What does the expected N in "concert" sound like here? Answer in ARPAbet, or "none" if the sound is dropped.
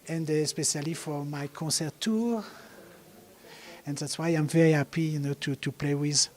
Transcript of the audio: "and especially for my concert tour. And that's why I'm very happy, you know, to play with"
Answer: none